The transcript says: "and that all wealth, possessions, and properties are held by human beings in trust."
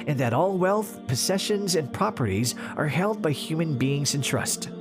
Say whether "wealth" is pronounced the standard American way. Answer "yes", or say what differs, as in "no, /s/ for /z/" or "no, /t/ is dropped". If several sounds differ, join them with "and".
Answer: yes